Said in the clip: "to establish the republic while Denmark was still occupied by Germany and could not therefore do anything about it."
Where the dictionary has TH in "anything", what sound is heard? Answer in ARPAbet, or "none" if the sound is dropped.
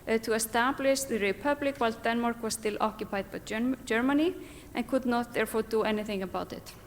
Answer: TH